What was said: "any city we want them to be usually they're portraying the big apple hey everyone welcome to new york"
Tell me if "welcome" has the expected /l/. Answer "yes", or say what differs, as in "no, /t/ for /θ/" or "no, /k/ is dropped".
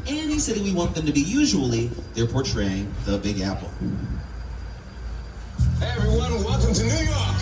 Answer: no, /l/ is dropped